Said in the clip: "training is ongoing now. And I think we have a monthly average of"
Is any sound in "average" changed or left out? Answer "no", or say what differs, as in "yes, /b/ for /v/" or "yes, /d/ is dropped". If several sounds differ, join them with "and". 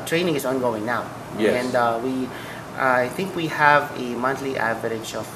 yes, /ʃ/ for /dʒ/